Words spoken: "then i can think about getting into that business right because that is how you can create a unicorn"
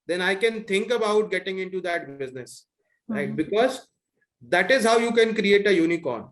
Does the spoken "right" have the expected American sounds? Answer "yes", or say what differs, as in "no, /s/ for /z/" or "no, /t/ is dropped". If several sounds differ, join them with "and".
no, /l/ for /ɹ/